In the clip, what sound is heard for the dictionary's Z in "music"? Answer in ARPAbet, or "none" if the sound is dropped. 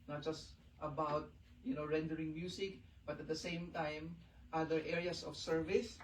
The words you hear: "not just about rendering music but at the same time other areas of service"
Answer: S